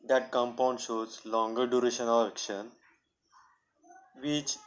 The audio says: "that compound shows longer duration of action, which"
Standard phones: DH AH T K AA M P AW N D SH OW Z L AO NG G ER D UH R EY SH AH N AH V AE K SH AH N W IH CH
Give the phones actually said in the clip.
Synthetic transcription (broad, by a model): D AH T K AA M P AW N D SH OW Z L AO NG G ER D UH R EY SH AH N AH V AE K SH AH N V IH CH